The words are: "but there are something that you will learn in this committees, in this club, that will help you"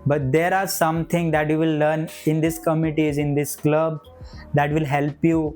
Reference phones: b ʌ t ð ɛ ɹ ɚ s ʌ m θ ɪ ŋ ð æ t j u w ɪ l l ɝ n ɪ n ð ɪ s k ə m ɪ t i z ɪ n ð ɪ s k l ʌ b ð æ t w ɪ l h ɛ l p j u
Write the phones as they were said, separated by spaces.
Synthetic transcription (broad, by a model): b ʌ t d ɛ ɹ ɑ s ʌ m t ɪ ŋ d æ t j u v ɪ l l ɝ n ɪ n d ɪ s k ə m ɪ t i z ɪ n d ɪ s k l ʌ b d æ t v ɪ l h ɛ l p j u